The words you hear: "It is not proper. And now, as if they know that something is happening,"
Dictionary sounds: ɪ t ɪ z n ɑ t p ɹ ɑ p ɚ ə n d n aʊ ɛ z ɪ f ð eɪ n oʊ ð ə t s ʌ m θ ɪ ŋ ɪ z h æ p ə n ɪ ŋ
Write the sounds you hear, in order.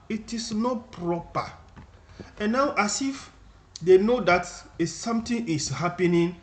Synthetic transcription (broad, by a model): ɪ t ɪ s n ɑ t p ɹ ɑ p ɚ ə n n aʊ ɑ s ɪ f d eɪ n oʊ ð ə t s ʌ m t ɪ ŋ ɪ s h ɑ p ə n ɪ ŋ